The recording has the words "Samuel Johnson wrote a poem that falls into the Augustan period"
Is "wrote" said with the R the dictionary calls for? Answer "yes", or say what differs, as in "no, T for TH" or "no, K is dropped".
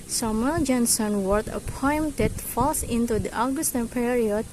no, W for R